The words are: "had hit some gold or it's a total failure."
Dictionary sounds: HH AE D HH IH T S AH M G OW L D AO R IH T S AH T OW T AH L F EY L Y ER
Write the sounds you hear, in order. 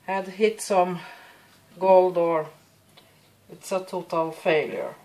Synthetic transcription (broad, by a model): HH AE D HH IH T S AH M G OW L D AO R IH T S AH T OW T AH L F EY L Y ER